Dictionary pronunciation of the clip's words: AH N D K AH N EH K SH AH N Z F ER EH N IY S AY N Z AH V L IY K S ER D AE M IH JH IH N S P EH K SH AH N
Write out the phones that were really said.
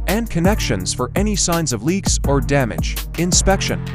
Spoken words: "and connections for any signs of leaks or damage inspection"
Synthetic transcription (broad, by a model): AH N K AH N EH K SH AH N Z F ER EH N IY S AY N Z AH V L IY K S ER D AE M IH JH IH N S P EH K SH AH N